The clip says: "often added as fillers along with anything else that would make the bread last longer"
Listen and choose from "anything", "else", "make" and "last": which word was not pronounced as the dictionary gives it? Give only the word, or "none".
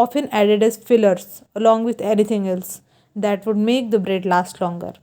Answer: anything